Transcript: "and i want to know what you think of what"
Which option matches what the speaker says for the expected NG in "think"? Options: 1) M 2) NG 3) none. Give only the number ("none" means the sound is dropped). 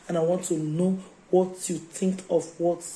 2